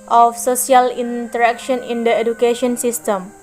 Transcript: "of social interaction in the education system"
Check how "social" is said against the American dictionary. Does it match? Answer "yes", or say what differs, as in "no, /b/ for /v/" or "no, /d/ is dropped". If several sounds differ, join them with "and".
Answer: no, /s/ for /ʃ/